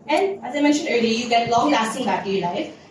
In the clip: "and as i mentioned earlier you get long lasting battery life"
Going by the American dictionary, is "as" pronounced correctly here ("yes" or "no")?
yes